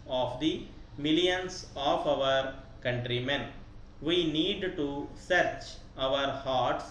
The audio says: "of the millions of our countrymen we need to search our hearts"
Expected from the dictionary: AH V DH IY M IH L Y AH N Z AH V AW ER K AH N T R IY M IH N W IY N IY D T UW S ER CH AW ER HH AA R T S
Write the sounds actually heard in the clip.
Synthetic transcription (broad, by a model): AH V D IY M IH L Y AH N S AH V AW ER K AH N T R IY M IH N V IY N IY D T UW S ER CH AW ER HH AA R T S